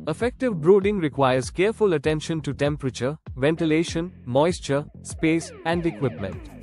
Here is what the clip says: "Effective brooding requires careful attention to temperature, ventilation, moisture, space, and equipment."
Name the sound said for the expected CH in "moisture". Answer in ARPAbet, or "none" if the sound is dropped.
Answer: CH